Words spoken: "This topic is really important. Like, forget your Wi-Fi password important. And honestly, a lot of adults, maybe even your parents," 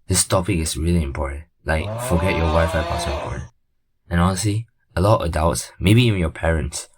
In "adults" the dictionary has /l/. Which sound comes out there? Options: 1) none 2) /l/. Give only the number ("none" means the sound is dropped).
1